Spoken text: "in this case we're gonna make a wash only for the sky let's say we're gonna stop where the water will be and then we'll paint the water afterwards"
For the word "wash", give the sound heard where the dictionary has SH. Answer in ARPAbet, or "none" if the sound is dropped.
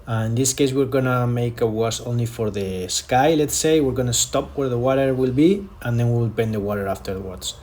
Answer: S